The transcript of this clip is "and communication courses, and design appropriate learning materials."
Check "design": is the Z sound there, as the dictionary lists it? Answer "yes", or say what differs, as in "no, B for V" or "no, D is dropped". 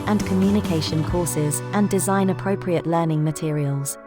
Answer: yes